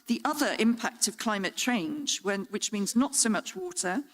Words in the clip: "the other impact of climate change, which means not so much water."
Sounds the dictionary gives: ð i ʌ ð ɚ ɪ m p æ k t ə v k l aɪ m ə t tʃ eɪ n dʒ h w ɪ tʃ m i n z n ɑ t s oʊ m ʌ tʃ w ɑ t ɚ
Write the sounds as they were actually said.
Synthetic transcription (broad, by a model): ð i ʌ ð ɚ ɪ m p æ k t ə v k l aɪ m ə t tʃ eɪ n dʒ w w ɪ tʃ m i n z n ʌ t s oʊ m ʌ tʃ w ɑ t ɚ